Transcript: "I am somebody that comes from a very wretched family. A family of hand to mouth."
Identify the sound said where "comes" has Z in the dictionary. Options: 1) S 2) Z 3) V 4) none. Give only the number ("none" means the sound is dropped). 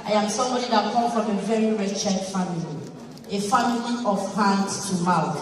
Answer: 4